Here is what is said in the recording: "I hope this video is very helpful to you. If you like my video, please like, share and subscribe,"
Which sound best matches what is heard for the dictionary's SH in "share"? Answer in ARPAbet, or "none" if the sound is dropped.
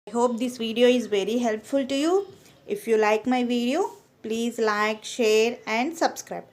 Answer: SH